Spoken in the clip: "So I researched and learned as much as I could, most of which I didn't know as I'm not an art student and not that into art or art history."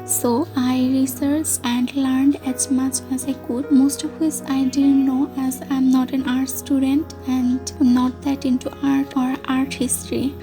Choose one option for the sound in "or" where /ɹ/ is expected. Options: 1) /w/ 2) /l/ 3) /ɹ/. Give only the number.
3